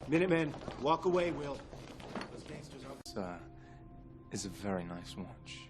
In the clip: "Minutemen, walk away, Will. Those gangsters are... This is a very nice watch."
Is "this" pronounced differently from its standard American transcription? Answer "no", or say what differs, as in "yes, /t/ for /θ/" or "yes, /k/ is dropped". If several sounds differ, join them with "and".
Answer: yes, /s/ is dropped